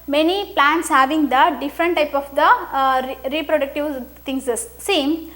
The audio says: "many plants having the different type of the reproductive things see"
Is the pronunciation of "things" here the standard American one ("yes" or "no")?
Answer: no